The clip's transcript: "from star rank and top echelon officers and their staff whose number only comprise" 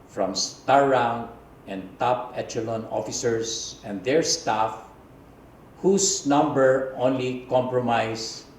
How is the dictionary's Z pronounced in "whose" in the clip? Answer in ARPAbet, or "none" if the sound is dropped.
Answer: S